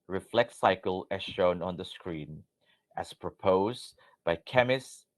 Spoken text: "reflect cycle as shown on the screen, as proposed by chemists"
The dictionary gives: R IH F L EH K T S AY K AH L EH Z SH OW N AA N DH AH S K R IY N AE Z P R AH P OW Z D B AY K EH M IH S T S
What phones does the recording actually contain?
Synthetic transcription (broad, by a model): R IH F L EH K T S AY K AH L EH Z SH OW N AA N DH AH S K R IY N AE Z P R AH P OW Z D B AY K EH M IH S S